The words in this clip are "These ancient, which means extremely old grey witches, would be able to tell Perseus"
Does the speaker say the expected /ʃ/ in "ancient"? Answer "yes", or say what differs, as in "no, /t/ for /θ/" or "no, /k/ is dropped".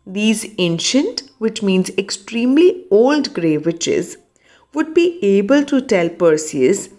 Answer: yes